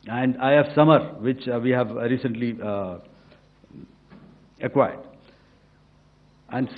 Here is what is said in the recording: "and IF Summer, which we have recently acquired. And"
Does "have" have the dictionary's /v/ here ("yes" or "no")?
yes